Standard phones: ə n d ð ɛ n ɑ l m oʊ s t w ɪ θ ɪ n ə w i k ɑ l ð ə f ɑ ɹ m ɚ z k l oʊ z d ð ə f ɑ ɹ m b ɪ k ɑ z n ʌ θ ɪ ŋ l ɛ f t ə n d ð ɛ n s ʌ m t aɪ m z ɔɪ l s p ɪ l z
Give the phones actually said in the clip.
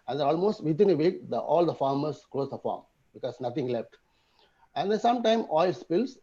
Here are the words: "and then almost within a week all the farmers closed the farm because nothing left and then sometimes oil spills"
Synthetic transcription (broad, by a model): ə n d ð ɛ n ɑ l m oʊ s t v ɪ t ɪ n ə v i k ɑ l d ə f ɑ ɹ m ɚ s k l oʊ s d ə f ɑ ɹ m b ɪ k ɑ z n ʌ t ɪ ŋ l ɛ f t ə n d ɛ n s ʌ m t aɪ m ɔɪ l s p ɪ l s